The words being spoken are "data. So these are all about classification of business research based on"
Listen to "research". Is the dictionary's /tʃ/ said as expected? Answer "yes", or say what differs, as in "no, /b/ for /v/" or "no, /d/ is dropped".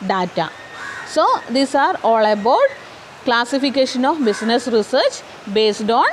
yes